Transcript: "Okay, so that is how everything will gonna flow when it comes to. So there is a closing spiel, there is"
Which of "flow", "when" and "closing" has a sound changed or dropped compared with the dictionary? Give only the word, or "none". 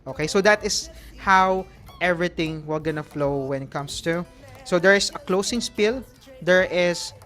closing